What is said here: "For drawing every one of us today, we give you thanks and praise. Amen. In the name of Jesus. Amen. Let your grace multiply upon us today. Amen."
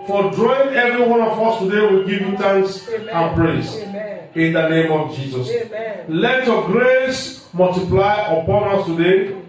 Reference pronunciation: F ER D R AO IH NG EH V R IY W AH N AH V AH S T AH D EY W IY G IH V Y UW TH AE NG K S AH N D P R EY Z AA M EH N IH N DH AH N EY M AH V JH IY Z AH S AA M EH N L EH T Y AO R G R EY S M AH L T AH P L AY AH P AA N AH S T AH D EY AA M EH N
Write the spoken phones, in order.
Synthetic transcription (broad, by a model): F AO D R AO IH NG EH V R IY W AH N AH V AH S T AH D EY W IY G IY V Y UW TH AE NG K S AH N P R EY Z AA N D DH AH N EY M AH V JH IY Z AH S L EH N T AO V G R EY S M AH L T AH P L AY AH P AA N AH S T AH D EY